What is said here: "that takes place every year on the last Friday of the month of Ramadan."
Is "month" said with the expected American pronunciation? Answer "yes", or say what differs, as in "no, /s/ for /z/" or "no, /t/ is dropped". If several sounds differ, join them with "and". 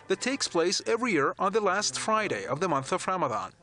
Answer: yes